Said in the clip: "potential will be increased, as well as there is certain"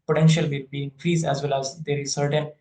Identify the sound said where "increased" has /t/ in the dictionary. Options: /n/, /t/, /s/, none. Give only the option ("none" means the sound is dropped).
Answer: none